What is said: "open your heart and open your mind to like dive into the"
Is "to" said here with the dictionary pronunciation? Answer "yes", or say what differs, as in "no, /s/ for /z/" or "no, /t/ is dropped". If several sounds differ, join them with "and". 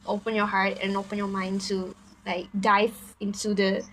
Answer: no, /s/ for /t/